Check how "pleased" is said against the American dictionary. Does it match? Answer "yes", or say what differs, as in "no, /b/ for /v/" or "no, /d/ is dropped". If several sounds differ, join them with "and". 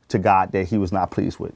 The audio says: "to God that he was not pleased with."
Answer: yes